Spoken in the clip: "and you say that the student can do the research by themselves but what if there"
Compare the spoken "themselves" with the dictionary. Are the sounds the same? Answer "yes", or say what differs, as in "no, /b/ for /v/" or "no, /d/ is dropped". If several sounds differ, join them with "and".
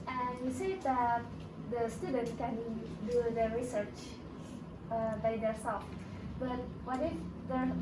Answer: no, /m/ is dropped